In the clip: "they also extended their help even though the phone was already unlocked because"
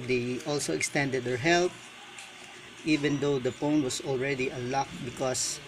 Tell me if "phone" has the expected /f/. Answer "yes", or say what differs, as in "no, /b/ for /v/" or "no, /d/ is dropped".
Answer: no, /p/ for /f/